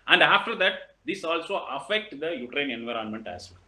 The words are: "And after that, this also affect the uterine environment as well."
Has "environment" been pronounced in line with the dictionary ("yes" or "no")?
yes